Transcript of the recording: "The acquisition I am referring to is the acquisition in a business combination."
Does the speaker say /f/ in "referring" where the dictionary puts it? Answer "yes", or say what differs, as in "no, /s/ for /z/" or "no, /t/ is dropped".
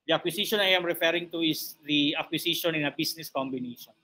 yes